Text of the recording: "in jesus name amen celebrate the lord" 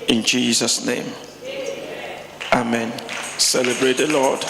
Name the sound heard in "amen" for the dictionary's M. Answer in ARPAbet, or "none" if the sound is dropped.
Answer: M